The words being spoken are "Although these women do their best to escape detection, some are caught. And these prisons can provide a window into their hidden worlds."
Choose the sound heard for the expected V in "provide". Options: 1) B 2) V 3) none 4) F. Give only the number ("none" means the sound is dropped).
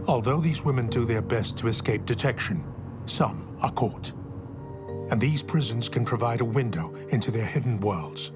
2